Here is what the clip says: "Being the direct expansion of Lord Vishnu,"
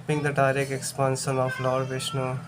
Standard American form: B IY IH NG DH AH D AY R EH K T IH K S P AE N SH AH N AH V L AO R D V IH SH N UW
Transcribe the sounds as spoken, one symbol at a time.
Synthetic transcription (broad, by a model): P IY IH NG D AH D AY R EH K IH K S P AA N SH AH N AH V L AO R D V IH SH N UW